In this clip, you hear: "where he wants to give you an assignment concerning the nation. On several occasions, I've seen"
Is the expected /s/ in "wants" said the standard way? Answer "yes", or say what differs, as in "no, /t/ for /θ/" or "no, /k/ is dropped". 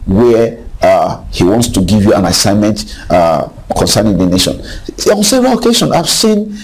yes